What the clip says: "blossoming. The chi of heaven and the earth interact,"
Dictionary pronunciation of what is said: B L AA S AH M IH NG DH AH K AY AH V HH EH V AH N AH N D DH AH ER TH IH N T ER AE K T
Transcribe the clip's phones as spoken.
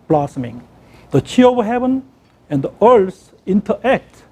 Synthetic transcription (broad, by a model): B L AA S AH M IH NG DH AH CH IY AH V HH EH V AH N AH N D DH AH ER S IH N T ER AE K T